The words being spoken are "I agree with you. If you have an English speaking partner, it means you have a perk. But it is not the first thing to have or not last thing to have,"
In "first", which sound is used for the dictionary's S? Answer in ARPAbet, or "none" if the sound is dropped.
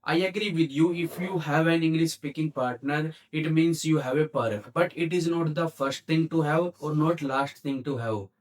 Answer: S